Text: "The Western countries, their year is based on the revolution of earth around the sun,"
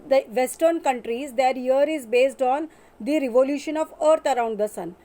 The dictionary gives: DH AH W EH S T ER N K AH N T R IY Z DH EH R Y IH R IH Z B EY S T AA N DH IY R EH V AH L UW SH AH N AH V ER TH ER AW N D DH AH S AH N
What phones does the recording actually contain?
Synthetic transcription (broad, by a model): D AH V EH S T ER N K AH N T R IY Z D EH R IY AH R IH Z B EY S T AA N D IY R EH V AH L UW SH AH N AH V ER T ER AW N D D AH S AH N